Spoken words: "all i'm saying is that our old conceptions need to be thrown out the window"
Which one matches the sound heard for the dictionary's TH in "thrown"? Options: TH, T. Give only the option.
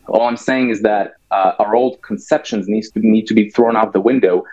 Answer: TH